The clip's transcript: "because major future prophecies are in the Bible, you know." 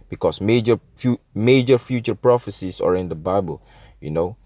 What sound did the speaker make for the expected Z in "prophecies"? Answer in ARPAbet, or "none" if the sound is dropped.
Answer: S